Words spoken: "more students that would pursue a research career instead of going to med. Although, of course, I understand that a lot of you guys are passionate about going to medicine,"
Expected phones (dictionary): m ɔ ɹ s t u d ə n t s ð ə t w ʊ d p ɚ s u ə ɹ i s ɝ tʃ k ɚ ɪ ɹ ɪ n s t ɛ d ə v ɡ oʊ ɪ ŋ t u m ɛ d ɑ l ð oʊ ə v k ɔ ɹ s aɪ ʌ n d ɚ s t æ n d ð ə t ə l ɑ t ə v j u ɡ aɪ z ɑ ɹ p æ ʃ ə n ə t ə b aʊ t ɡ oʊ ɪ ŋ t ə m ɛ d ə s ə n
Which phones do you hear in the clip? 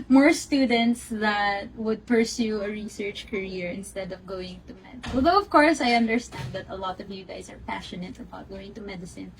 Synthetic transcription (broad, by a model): m ɔ ɹ s t u d ə n t s ð ə t w ʊ d p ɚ s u ə ɹ i s ɝ tʃ k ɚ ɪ ɹ ɪ n s t ɛ d ə v ɡ oʊ ɪ ŋ t u m ɛ d ɑ l ð oʊ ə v k ɔ ɹ s aɪ ʌ n d ɚ s t æ n d ð ə t ə l ɑ t ə v j u ɡ aɪ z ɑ ɹ p æ ʃ ə n ə t ə b aʊ t ɡ oʊ ɪ ŋ t ə m ɛ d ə s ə n